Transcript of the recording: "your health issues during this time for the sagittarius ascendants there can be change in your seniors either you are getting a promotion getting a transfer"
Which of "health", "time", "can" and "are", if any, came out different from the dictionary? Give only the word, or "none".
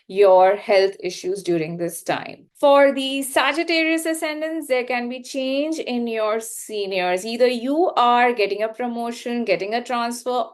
health